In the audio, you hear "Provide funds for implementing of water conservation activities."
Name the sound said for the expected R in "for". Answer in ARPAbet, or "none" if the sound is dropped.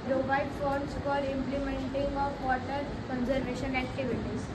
L